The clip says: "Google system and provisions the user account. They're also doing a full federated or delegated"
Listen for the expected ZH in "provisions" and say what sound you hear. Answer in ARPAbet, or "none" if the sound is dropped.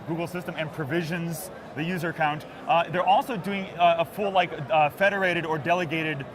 ZH